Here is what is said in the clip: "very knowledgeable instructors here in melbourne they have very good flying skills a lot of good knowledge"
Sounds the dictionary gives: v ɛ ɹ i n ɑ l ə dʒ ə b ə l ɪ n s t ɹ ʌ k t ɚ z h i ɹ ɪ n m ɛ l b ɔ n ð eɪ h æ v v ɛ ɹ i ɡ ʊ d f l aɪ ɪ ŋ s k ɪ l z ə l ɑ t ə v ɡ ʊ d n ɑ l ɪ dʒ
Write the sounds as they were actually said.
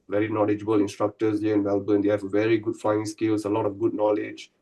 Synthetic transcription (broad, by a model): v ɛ ɹ i n ɑ l ə dʒ ə b ə l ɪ n s t ɹ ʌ k t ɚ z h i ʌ ɪ n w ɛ l b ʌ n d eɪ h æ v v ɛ ɹ i ɡ ʊ d f aɪ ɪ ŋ s k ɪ l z ə l ɑ t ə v ɡ ʊ d n ɑ l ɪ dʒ